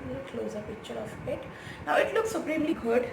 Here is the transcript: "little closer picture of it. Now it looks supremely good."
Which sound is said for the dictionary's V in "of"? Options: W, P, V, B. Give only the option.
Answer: P